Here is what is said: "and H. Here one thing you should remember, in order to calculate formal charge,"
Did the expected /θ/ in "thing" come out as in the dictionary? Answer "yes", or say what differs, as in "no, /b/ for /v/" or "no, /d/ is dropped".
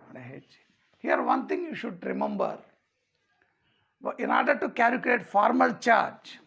no, /t/ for /θ/